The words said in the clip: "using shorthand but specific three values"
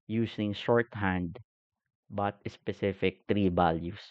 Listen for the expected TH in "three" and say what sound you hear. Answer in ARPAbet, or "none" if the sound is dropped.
T